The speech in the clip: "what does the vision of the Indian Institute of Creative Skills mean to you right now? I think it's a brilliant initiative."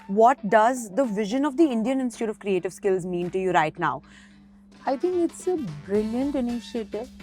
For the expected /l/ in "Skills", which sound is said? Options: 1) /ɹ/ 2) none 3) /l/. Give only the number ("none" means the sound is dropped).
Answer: 3